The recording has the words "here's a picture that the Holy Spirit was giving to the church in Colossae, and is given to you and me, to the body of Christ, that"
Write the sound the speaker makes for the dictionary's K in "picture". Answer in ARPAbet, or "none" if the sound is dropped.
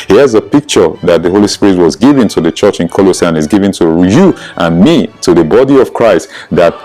K